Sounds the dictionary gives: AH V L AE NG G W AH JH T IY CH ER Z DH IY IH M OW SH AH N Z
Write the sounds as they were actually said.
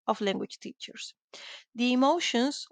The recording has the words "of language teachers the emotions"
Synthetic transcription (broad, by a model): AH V L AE NG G W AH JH T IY CH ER S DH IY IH M OW SH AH N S